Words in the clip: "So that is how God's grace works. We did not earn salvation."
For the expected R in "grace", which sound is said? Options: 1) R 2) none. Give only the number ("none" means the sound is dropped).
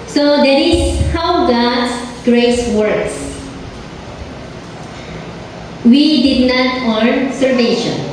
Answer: 1